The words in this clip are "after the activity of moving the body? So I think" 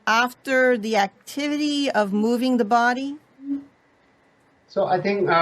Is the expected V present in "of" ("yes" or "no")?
yes